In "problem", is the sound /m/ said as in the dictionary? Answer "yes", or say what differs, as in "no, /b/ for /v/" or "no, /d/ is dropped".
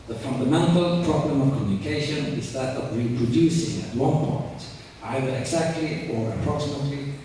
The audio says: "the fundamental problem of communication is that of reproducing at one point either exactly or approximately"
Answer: yes